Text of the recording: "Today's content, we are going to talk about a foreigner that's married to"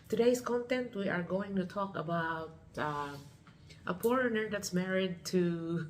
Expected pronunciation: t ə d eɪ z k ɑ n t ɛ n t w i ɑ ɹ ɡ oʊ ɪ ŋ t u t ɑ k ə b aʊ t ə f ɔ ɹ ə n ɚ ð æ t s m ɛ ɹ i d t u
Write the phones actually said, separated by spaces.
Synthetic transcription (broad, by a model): t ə d eɪ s k ɑ n t ɛ n t w i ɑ ɹ ɡ oʊ ɪ ŋ t u t ɑ k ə b aʊ t ə p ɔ ɹ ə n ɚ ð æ t s m ɛ ɹ i d t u